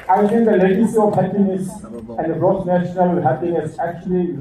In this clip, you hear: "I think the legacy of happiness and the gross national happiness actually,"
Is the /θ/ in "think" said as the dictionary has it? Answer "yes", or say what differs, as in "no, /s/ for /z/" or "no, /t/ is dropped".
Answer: no, /t/ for /θ/